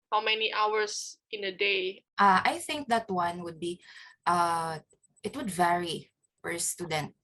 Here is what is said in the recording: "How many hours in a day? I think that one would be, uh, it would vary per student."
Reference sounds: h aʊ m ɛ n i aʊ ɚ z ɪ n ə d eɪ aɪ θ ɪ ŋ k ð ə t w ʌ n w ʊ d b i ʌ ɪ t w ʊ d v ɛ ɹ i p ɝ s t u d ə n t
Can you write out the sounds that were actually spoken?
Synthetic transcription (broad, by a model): h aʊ m ɛ n i aʊ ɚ s ɪ n ə d eɪ aɪ θ ɪ ŋ k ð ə t w ʌ n w ʊ d b i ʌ ɪ t w ʊ d v ɛ ɹ i f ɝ s t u d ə n t